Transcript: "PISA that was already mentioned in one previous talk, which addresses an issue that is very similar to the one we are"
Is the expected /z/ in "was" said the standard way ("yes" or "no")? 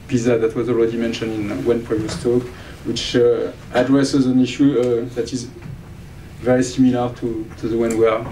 yes